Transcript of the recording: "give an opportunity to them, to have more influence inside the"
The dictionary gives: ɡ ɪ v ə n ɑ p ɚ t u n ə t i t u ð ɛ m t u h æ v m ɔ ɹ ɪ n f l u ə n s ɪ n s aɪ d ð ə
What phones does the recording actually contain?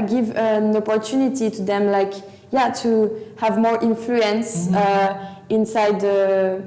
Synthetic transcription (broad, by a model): ɡ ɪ v ə n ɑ p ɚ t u n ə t i t u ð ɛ m t u h æ v m ɔ ɹ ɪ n f l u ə n s ɪ n s aɪ d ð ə